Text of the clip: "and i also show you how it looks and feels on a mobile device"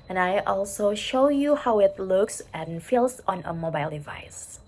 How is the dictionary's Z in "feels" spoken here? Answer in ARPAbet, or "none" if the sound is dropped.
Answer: S